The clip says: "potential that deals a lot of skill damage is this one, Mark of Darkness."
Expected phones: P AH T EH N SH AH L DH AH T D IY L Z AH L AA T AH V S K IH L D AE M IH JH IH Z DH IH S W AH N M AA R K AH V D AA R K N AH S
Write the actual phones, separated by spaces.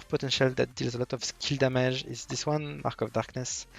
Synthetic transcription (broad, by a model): P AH T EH N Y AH L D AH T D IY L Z AH L AA T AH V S K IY L D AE M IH ZH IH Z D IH S W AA N M AA R K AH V D AA R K N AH S